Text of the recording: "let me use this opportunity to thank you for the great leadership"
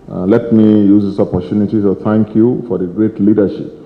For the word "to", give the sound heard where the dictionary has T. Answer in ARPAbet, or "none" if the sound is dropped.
S